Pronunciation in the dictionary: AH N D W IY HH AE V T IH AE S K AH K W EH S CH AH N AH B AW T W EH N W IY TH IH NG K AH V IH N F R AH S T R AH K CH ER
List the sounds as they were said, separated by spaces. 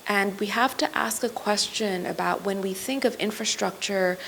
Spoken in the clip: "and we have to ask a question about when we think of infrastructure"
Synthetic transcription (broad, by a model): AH N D W IY HH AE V T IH AE S K AH K W EH S CH AH N AH B AW T W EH N W IY TH IH NG K AH V IH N F R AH S T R AH K CH ER